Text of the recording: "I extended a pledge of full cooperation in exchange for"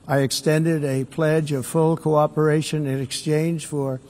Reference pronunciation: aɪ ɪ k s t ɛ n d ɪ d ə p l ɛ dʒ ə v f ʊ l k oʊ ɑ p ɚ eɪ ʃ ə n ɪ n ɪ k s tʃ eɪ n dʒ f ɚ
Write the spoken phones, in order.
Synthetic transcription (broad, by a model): aɪ ɪ k s t ɛ n d ɪ d ə p l ɛ dʒ ə v f ʊ l k oʊ ɑ p ɚ eɪ ʃ ə n ɪ n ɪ k s tʃ eɪ n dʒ f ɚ